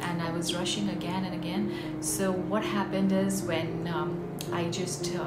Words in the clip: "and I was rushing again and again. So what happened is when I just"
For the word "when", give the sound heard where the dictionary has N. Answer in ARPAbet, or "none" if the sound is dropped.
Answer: N